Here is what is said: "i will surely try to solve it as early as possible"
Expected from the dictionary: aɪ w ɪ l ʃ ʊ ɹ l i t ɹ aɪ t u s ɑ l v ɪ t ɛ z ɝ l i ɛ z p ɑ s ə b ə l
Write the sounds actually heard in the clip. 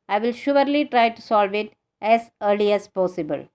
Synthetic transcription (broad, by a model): aɪ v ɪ l ʃ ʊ ɹ l i t ɹ aɪ t u s ɑ l v ɪ t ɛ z ɝ l i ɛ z p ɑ s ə b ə l